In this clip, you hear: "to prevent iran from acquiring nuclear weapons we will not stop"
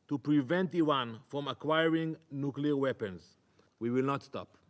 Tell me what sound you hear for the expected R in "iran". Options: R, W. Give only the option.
W